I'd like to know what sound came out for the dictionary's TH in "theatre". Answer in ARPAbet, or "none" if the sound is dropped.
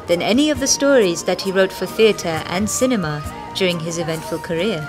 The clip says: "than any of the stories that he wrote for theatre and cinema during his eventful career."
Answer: TH